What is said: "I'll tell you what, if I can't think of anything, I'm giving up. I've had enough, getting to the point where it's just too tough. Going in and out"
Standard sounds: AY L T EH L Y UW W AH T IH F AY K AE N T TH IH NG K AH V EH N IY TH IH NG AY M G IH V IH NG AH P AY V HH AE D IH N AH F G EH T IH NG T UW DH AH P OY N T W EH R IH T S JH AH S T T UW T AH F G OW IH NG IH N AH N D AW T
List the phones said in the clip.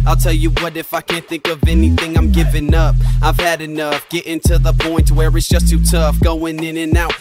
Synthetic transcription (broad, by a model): AY L T EH L Y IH W AH T IH F AY K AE N TH IH NG K AH V EH N IY TH IH NG AY M G IH V IH NG AH P AY V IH D IH N AH F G EH T IH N T UW DH AH P OY N T W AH R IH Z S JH AH S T T UW T AH F G OW IH NG IH N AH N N AW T